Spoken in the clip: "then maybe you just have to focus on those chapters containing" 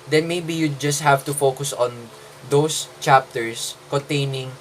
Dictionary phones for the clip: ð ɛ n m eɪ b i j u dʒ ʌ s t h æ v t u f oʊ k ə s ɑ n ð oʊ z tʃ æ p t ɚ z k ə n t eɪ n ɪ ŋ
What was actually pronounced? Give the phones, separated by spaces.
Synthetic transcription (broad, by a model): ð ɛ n m eɪ b i j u dʒ ʌ s t h æ v t u f oʊ k ə s ɑ n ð oʊ s tʃ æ p t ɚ s k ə n t eɪ n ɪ ŋ